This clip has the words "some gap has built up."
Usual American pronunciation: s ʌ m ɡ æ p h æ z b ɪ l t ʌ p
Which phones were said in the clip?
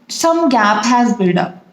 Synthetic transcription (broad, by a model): s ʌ m ɡ æ p h æ z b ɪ t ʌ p